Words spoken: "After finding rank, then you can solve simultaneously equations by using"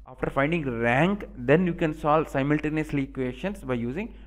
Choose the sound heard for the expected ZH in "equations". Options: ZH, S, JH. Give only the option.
S